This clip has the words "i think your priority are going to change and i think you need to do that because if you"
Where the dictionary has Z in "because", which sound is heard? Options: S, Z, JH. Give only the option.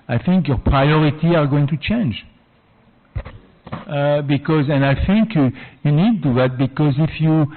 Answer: Z